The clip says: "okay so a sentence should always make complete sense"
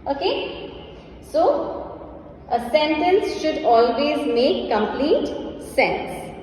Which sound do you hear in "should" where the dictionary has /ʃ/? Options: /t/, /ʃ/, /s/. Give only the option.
/ʃ/